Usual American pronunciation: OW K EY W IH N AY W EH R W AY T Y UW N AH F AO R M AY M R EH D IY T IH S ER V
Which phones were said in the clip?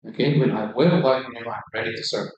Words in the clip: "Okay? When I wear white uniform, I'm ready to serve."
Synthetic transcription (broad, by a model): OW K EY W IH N AY W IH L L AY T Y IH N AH UH AY M R EH D IY T IH S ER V